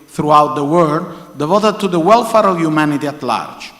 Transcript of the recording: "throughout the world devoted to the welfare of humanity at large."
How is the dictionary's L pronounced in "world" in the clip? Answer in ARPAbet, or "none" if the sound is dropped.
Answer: none